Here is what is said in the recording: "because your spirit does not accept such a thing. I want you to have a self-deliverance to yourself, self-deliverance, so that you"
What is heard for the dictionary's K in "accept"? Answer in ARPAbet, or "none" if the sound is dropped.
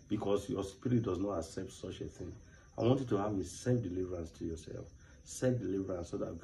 K